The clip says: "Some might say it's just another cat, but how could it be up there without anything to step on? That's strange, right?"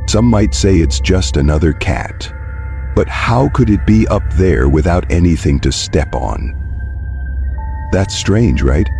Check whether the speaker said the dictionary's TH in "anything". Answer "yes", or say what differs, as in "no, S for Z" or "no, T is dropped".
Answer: yes